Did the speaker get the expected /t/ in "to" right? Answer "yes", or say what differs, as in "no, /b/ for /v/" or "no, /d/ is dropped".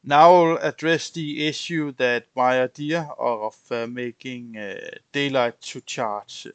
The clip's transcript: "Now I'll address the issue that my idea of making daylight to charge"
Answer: no, /s/ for /t/